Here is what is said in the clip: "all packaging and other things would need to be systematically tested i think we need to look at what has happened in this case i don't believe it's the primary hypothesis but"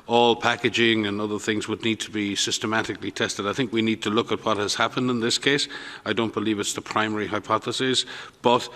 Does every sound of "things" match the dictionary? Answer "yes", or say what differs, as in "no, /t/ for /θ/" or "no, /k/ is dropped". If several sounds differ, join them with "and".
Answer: yes